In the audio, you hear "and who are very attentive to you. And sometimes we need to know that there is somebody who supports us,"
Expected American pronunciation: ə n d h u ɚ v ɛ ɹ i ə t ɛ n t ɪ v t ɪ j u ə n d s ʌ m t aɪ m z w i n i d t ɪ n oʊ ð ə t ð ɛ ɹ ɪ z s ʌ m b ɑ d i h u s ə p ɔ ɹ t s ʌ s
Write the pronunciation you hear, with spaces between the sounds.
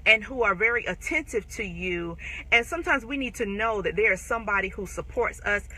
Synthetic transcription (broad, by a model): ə n h u ɚ v ɛ ɹ i ə t ɛ n t ɪ v t ɪ j u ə n s ʌ m t aɪ m z w i n i d t ɪ n oʊ ð ə t ð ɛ ɹ ɪ z s ʌ m b ɑ d i h u s ə p ɔ ɹ t s ʌ s